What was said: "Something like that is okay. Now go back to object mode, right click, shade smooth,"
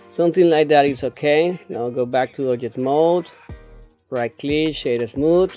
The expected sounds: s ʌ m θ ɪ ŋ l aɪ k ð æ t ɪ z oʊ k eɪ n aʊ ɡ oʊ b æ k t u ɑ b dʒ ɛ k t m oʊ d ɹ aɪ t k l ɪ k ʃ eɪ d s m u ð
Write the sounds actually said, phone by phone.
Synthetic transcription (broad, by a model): s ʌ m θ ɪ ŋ l aɪ k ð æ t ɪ s oʊ k eɪ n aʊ ɡ oʊ b æ k t u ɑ dʒ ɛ t m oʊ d ɹ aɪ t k l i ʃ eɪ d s m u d